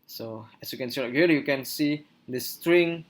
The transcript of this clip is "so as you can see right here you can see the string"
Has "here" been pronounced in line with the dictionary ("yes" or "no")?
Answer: no